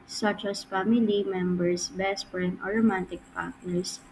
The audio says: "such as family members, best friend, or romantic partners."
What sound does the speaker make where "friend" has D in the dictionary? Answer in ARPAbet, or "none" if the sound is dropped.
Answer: none